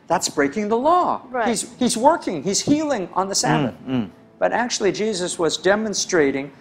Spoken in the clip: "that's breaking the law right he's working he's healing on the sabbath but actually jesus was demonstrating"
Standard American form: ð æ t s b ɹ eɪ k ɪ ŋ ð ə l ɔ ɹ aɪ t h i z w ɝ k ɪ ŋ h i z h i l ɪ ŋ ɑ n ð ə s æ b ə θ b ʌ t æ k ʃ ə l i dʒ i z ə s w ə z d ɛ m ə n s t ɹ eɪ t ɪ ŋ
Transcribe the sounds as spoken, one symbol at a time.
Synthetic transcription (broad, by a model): ð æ t s b ɹ eɪ k ɪ ŋ ð ə l ɔ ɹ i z h i z w ɝ k ɪ ŋ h i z h i l ɪ ŋ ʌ n ð ə s æ b ə θ b ʌ t æ k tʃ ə l i dʒ i z ə s w ə z d ɛ m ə n s t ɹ eɪ t ɪ ŋ